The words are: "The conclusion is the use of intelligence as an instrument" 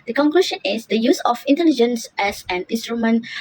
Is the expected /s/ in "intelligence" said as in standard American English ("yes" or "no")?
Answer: yes